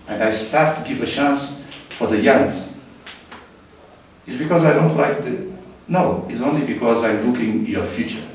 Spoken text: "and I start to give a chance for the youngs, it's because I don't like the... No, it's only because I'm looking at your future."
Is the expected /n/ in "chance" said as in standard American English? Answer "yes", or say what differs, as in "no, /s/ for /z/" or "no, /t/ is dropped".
yes